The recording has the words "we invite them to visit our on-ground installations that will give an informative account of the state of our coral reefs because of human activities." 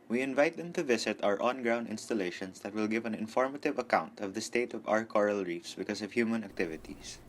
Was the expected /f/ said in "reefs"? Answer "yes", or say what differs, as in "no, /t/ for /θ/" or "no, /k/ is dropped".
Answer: yes